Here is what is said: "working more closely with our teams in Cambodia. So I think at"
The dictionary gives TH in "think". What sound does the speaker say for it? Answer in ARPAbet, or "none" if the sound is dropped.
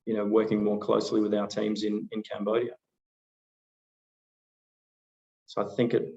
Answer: TH